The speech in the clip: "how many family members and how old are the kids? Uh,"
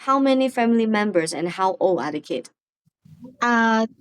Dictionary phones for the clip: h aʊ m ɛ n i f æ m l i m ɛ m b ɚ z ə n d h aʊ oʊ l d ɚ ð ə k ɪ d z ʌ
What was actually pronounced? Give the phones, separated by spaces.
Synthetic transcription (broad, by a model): h aʊ m ɛ n i f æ m l i m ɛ m b ɚ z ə n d h aʊ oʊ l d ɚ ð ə k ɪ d ʌ